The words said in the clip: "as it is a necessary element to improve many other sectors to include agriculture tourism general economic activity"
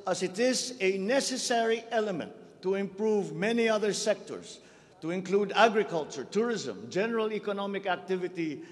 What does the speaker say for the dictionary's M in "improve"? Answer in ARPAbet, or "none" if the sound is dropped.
M